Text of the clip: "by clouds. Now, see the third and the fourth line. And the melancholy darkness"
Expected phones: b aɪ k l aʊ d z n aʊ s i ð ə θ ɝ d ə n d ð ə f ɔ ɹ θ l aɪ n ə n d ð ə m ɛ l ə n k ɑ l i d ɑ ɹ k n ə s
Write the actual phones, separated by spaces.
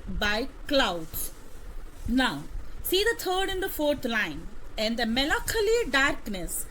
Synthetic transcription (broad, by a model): b aɪ k l aʊ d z n aʊ s i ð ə t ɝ d ə n d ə f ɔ ɹ t l aɪ n ə n d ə m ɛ l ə k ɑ l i d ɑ ɹ k n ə s